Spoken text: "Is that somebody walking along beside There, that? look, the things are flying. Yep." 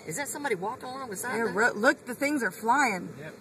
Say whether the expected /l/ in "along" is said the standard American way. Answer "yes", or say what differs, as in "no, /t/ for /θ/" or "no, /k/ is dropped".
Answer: no, /l/ is dropped